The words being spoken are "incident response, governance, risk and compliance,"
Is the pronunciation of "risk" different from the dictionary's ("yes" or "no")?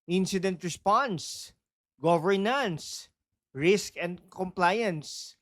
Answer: no